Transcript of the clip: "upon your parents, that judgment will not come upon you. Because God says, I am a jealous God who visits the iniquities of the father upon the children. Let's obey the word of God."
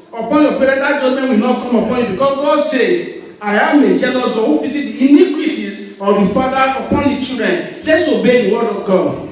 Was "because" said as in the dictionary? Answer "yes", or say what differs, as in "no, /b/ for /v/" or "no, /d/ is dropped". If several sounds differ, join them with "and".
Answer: no, /s/ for /z/